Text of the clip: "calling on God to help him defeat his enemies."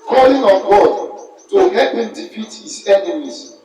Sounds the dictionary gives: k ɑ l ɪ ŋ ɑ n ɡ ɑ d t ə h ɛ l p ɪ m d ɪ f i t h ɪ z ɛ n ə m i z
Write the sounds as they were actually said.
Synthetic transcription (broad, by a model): k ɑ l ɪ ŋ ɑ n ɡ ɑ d t ə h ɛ p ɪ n d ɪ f i t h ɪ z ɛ n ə m i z